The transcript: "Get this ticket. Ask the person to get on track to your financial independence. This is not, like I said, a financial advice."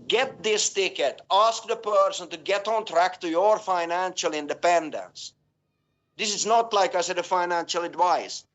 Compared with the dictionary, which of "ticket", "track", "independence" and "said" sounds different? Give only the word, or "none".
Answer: none